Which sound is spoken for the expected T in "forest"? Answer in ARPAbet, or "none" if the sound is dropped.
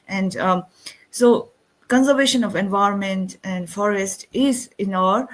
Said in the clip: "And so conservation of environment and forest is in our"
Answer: T